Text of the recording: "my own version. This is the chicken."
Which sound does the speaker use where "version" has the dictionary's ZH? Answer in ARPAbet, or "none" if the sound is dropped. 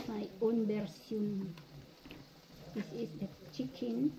S